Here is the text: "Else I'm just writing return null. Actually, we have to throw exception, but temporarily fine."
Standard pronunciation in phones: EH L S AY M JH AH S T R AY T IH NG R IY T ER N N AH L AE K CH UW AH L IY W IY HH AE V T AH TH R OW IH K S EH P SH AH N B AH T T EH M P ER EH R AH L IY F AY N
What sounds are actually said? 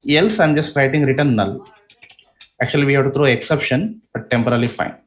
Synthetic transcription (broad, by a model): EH L S AY M JH AH S T R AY T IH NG R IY T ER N N AH L AE K CH UW AH L IY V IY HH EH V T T R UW IH K S EH P SH AH N B AH T T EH M P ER R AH L IY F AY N